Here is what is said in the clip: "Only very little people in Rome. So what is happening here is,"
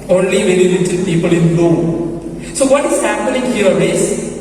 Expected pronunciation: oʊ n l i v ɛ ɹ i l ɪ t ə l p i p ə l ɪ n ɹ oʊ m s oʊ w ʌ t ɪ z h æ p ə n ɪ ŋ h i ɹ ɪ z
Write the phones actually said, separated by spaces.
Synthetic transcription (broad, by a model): oʊ n l i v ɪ l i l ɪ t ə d p i p ə l ɪ n l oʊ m s oʊ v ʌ t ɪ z h æ p ə n ɪ ŋ h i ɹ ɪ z